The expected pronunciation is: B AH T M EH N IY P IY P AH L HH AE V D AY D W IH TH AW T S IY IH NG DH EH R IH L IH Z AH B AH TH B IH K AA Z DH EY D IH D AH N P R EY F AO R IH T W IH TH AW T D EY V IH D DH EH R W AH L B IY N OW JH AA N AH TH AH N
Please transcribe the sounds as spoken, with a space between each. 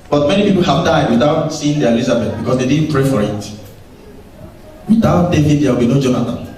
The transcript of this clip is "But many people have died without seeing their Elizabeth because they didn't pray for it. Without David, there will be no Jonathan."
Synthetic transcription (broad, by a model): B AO T M EH N IY P IY P AH L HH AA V D AY D W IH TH AW T S IY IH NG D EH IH L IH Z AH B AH T B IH K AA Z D EY D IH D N P R EY F AO R IH T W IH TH AW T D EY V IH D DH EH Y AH W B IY N OW JH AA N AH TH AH N